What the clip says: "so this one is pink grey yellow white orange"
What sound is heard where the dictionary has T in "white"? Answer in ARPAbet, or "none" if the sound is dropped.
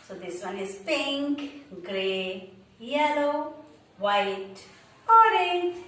T